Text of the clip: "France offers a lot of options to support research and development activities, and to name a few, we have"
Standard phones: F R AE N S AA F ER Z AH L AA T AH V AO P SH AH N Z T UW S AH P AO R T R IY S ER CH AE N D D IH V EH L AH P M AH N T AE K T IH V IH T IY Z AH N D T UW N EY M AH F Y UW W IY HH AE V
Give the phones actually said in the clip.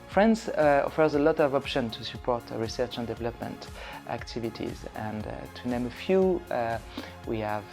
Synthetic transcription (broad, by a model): F R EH N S AA F ER Z AH L AA T AH V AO P SH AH N T UW S AH P AO R T R IY S ER CH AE N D D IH V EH L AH P M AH N T AE K T IH V IH T IY Z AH N T UW N EY M AH F Y UW W IY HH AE V